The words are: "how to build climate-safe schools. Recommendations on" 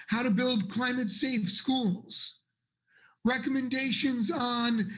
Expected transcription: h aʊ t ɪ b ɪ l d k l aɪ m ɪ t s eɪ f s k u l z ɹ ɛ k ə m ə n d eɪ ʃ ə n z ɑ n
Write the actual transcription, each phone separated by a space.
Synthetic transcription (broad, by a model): h aʊ t ɪ b ɪ l d k l aɪ m ɪ t s eɪ f s k u l z ɹ ɛ k ə m ə n d eɪ ʃ ə n z n